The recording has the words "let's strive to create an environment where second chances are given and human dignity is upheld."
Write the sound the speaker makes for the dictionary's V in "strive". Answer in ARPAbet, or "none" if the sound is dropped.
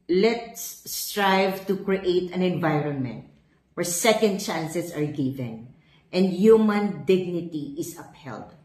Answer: V